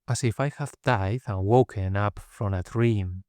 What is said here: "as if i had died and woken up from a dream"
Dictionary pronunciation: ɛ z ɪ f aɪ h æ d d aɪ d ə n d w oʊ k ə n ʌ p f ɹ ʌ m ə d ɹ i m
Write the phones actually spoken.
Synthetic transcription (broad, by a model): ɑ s ɪ f aɪ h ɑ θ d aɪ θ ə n w oʊ k ə n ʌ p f ɹ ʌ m ə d ɹ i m